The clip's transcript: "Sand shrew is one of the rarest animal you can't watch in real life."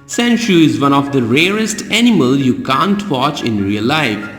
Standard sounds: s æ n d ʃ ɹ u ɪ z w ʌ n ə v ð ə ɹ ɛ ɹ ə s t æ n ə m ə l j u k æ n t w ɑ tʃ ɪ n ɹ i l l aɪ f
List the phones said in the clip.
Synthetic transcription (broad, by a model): s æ n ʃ u ɪ z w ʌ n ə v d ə ɹ ɛ ɹ ə s t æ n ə m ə l j u k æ n t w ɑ tʃ ɪ n ɹ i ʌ l aɪ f